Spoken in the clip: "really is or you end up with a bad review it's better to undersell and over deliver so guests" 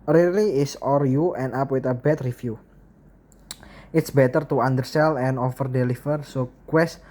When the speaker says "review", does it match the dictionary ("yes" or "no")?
no